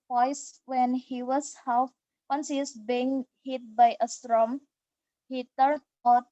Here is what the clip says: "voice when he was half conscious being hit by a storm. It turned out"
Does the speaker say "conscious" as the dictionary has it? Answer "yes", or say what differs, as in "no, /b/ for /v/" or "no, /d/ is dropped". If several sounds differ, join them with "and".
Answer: no, /s/ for /ʃ/